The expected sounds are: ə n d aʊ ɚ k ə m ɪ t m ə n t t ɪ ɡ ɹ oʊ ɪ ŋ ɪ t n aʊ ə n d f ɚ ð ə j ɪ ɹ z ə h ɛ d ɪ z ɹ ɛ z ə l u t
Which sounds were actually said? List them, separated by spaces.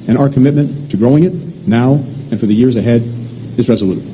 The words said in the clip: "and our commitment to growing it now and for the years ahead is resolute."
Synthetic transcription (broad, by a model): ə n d aʊ ɚ k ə m ɪ t m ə n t t ɪ ɡ ɹ oʊ ɪ ŋ ɪ t n aʊ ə n f ɚ ð ə j ɪ ɹ z ə h ɛ d ɪ z ɹ ɛ z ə l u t